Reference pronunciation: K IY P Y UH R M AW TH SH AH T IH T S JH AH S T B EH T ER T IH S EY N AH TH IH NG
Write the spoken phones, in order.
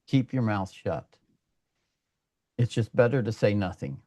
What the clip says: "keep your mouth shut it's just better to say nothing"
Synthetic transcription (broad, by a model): K IY P Y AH R M AW TH SH AH T IH T S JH AH S B EH T ER T IH S EY N AH TH IH NG